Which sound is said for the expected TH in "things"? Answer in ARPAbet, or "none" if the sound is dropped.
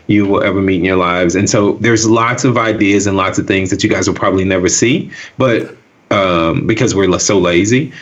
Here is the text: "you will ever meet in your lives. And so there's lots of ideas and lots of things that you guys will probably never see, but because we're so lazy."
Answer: TH